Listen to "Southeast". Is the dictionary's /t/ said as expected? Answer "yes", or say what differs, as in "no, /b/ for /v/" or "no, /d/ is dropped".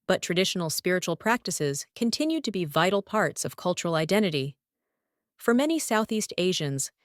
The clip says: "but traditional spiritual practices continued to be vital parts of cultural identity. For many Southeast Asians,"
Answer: yes